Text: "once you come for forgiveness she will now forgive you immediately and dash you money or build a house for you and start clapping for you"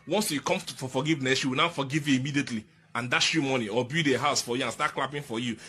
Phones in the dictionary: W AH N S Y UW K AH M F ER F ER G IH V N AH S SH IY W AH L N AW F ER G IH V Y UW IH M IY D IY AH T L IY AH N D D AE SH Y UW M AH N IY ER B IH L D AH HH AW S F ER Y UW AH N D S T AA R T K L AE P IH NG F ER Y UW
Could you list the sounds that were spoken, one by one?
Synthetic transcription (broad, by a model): W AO N S Y UW K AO M F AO F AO G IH V N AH S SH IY W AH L N AW F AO G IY V Y UW IH M IY D IY AH T L IY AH N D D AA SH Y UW M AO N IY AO B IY D AH HH AW S F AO Y UW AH N S T AA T K L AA P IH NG F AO Y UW